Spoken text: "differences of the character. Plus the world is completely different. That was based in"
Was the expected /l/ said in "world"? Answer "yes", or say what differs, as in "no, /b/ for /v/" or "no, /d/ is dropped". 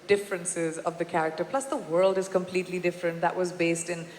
yes